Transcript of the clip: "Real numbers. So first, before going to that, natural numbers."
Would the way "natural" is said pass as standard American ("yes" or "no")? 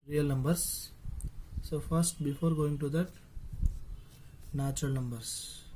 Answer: no